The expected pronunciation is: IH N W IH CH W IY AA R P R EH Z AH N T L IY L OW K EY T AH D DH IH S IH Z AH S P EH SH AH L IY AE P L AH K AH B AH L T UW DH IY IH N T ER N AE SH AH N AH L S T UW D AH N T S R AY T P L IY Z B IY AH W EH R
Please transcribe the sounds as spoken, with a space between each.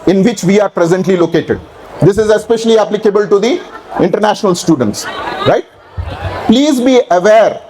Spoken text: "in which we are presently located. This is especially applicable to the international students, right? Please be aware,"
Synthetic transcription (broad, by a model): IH N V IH CH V IY AA R P R EH Z AH N T L IY L OW K EY T AH D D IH S IH Z AH S P EH SH AH L IY AE P L AH K AH B AH L T UW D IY IH N T ER N AE SH AH N AH L S T UW D AH N T S R AY T P L IY Z B IY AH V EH R